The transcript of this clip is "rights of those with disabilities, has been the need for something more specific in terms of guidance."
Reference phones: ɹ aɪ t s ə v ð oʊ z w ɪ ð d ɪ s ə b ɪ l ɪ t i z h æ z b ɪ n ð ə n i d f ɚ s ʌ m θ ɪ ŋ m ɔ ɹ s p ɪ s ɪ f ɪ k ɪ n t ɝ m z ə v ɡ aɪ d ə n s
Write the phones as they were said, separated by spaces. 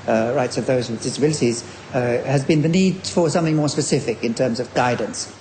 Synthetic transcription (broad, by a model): ɹ aɪ t s ə v ð oʊ z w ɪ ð d ɪ s ə b ɪ l ɪ t i z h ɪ z b ɪ n ð ə n i d f ɚ s ʌ m θ ɪ ŋ m ɔ ɹ s p ɪ s ɪ f ɪ k ɪ n t ɝ m z ə v ɡ aɪ d n s